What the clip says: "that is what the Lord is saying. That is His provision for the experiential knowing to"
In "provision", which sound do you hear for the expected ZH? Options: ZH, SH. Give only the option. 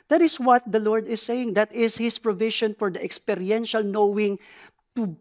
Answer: SH